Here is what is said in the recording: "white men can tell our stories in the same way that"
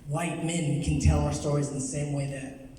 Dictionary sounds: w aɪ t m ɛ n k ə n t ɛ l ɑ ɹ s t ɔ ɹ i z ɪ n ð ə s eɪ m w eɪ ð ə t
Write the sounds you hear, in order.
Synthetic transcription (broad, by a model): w aɪ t m ɛ n k ə n t ɛ l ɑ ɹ s t ɔ ɹ i z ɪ n ð ə s eɪ m w eɪ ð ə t